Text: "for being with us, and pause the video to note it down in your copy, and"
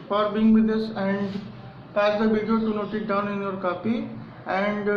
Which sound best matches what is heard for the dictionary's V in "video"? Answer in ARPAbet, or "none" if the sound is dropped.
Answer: B